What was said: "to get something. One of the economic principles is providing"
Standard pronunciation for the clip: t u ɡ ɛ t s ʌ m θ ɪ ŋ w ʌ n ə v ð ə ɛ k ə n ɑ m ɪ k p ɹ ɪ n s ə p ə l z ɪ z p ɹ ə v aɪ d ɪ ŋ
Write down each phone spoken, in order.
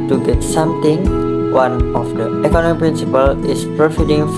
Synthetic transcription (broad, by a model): t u ɡ ɛ t s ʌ m t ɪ ŋ w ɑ n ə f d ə ɛ k ə n ɑ m ɪ k p ɹ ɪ n s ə p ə l ɪ s p ɹ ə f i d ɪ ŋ